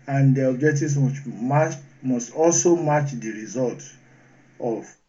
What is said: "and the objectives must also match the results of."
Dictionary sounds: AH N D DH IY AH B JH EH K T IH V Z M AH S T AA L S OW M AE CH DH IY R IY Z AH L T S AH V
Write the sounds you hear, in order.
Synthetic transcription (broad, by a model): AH N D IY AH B JH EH K T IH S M M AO S T AA L S OW M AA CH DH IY R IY Z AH L T AH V